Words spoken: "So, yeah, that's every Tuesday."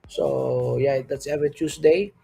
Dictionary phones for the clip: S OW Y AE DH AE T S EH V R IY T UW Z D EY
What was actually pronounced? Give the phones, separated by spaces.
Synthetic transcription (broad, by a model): S OW Y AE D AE T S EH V IY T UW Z D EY